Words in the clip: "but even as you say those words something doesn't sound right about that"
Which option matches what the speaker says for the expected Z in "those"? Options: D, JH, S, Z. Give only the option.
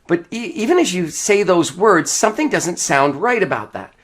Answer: Z